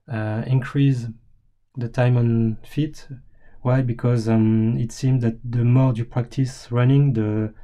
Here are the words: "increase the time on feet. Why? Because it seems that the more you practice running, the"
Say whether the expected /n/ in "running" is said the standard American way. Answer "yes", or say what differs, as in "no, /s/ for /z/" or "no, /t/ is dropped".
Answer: yes